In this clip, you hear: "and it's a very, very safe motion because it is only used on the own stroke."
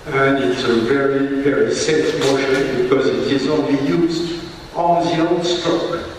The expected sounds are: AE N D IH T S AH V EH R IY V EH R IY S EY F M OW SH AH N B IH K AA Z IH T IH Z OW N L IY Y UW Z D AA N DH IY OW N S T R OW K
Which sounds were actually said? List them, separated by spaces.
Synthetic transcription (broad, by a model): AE N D IH T S AH V EH R IY V EH R IY S EY F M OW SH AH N B IH K AA Z IH T IH Z OW N L IY Y UW Z D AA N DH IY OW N S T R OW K